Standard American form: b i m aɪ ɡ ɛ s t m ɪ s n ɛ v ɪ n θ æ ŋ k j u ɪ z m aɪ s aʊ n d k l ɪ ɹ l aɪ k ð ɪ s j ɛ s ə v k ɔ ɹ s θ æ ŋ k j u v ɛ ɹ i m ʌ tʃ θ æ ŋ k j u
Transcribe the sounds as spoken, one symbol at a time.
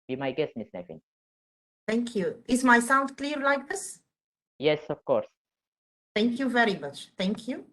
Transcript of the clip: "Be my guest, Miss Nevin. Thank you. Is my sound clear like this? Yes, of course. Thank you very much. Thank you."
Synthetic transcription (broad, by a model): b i m aɪ ɡ ɛ s t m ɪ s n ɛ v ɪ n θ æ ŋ k j u ɪ z m aɪ s aʊ n d k l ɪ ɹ l aɪ k ð ɪ s j ɛ s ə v k ɔ ɹ s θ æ ŋ k j u v ɛ ɹ i m ʌ tʃ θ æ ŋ k j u